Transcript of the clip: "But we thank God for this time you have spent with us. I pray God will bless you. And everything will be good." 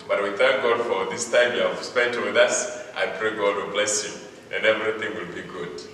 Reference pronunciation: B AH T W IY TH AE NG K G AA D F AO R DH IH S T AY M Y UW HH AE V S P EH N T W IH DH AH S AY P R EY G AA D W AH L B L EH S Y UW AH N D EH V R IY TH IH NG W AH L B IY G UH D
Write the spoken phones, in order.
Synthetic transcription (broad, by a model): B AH T W IY TH AE NG K G AA D F AO R DH IH S T AY M Y UW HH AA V S P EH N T W IH DH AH S AY P R EY G AA D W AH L B L EH S Y UW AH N EH V R IY TH IH NG W AH L B IY G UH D